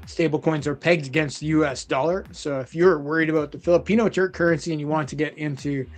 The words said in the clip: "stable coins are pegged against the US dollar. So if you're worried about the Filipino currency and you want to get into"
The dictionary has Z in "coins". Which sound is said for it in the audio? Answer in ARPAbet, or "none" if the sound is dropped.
Z